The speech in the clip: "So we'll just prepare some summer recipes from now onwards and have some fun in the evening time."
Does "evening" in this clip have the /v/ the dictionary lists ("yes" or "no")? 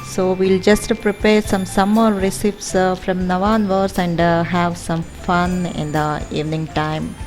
yes